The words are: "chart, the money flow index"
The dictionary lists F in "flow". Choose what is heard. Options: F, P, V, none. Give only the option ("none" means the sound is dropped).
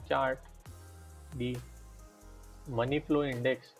P